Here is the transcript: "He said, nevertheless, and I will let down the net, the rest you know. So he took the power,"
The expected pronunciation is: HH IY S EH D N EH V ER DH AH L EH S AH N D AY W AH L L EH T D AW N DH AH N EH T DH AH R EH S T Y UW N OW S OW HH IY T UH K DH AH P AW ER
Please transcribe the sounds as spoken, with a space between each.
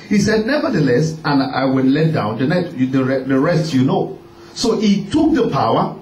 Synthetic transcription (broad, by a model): HH IY S EH D N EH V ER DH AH L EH S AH N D AY W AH N L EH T D AW N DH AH N EH T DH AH R EH S T Y UW N OW S OW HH IY T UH K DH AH P AW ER